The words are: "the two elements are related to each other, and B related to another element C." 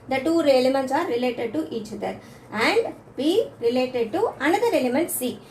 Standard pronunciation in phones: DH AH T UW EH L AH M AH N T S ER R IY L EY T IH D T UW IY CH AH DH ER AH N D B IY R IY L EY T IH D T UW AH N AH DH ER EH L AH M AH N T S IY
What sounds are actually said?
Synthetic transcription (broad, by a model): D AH T UW EH L AH M AH N T S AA R IY L EY T IH D T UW IY CH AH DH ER AH N D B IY R IY L EY T IH D T UW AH N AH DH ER EH L AH M AH N T S IY